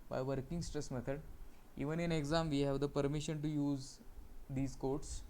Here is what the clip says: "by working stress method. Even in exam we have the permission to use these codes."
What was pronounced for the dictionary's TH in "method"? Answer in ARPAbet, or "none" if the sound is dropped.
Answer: T